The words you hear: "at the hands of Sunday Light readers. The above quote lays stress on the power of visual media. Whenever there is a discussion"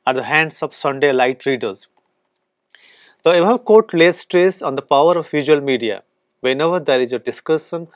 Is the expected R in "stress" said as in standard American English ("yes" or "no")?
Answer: yes